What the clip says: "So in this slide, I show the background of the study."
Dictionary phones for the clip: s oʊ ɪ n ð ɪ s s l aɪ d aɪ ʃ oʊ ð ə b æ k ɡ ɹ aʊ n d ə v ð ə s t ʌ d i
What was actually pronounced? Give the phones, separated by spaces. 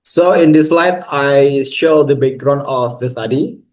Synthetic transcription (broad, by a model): s oʊ ɪ n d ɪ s s l aɪ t aɪ ʃ oʊ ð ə b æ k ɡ ɹ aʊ n ə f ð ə s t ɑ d i